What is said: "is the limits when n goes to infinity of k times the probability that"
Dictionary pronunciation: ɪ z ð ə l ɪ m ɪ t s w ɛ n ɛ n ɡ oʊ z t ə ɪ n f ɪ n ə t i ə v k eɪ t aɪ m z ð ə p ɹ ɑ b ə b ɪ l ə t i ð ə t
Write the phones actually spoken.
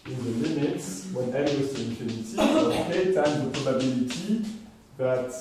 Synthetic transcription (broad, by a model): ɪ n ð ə l ɪ m ɪ t s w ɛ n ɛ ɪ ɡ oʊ s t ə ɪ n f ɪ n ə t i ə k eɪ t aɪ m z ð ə p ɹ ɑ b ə b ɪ l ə t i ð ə t